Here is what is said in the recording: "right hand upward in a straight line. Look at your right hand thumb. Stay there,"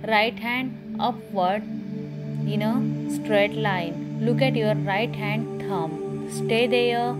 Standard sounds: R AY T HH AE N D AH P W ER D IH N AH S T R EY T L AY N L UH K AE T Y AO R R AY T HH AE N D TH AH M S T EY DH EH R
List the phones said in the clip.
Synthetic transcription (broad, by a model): R AY T HH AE N D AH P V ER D IH N AH S T R EY T L AY N L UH K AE T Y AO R R AY T HH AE N D T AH M S T EY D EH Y